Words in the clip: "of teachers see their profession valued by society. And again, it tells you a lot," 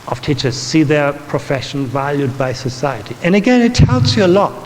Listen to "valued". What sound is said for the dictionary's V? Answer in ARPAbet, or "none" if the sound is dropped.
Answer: V